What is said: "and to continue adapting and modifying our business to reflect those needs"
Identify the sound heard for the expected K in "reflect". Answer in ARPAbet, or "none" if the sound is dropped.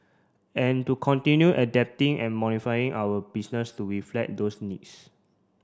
none